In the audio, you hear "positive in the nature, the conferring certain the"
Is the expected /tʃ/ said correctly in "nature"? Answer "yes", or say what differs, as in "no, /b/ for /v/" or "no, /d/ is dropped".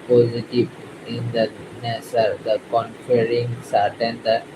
no, /s/ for /tʃ/